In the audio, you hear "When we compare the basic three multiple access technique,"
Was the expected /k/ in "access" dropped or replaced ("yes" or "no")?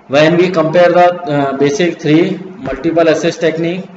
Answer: yes